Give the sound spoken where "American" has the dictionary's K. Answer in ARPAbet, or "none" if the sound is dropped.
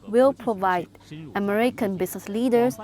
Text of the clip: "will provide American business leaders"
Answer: K